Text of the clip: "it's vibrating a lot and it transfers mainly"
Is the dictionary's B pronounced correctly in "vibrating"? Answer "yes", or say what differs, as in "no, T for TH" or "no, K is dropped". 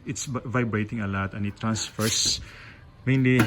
yes